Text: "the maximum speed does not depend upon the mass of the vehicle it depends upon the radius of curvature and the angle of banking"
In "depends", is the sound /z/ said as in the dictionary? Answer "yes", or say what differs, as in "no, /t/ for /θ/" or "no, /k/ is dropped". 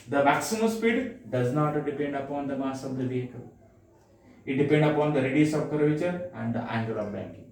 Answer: no, /z/ is dropped